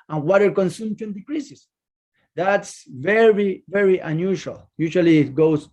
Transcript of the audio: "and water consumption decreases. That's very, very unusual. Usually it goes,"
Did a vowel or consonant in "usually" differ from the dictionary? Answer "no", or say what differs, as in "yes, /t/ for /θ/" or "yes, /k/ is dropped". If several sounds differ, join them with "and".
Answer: yes, /ʃ/ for /ʒ/